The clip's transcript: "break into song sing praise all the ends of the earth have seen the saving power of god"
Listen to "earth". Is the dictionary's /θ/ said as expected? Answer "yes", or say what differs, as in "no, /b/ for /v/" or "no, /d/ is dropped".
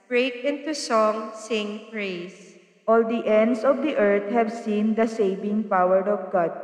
no, /t/ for /θ/